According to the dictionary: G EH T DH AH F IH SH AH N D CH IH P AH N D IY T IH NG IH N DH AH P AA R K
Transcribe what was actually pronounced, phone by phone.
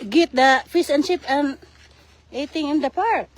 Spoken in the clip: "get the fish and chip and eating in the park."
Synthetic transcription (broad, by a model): G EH T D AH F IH S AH N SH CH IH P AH N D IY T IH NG IH N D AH P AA R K